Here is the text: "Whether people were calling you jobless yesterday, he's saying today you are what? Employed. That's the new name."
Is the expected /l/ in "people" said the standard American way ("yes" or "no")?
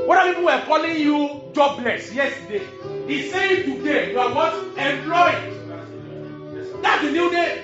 no